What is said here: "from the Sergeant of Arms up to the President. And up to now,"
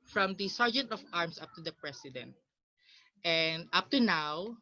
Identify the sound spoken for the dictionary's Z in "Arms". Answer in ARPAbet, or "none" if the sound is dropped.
S